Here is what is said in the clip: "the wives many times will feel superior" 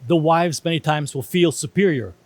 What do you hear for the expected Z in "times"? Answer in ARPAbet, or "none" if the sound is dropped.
Z